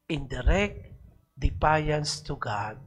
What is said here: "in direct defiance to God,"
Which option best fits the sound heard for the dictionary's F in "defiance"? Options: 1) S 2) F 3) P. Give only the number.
3